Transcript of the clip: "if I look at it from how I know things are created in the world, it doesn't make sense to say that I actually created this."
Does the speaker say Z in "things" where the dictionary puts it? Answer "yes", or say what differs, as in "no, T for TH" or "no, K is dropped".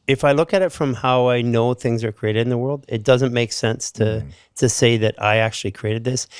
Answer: yes